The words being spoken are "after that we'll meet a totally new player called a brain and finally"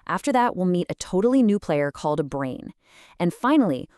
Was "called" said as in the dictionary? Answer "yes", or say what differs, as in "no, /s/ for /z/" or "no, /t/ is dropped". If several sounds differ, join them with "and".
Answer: yes